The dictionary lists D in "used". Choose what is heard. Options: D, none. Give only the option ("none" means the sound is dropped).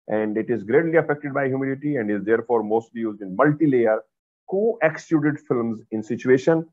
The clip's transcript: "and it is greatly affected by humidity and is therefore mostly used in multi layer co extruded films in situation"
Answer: D